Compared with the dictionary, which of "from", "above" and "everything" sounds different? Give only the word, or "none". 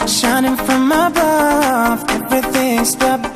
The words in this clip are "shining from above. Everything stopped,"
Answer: none